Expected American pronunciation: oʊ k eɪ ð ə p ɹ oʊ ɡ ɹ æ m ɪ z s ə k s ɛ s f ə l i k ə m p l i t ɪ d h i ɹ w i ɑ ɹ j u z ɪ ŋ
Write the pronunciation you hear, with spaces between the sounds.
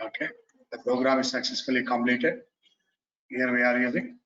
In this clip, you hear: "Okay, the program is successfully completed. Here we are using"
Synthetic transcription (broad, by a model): oʊ k eɪ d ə p ɹ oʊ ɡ ɹ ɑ m ɪ z s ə k s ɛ s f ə l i k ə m l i t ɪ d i ɹ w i ɑ ɹ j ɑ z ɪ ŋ